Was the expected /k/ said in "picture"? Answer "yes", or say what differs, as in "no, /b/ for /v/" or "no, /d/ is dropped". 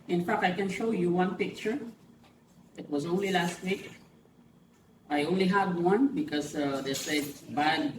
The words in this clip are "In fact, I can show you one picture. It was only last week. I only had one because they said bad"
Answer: yes